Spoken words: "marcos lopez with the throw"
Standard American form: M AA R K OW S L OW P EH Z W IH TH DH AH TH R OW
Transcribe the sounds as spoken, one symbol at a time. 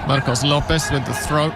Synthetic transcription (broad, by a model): M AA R K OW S L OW P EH S W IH DH AH TH R OW